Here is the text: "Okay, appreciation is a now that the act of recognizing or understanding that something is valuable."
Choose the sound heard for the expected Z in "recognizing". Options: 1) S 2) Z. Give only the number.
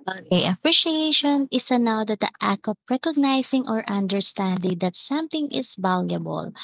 1